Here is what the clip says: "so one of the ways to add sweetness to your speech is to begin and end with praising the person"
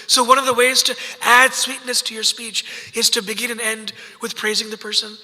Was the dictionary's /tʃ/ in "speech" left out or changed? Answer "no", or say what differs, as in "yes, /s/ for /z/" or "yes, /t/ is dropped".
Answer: no